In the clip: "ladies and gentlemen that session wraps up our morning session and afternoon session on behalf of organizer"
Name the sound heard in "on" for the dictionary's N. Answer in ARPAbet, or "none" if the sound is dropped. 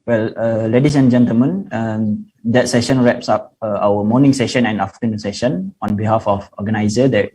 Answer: N